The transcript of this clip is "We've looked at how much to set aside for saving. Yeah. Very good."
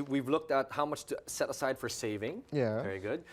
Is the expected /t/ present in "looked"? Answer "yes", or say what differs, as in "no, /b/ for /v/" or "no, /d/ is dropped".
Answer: yes